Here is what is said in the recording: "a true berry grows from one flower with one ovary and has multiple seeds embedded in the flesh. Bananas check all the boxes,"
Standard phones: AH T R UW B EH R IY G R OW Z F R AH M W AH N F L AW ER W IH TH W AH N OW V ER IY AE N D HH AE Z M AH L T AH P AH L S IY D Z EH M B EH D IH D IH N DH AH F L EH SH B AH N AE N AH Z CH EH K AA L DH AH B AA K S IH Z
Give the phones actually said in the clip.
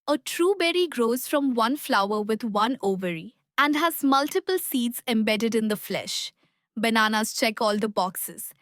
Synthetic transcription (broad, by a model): AH T R UW B EH R IY G R OW Z F R AH M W AH N F L AW ER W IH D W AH N OW V ER IY AE N D HH AE Z M AH L T AH P AH L S IY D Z EH M B EH D IH D IH N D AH F L EH SH B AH N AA N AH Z CH EH K AA L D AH B AA K S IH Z